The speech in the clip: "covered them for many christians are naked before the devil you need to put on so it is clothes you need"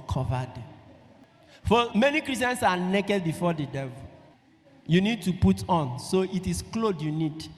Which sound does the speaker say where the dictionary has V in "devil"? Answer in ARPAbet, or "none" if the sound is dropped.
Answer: V